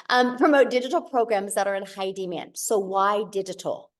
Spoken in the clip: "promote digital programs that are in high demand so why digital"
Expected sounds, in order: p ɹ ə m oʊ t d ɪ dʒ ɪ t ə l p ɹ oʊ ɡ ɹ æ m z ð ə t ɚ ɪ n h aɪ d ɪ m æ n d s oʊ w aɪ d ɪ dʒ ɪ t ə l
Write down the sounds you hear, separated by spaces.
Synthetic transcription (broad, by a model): p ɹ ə m oʊ t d ɪ dʒ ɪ t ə l p ɹ oʊ ɡ ɹ æ m z ð ə t ɚ ɪ n h aɪ d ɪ m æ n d s oʊ w aɪ d ɪ dʒ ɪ t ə l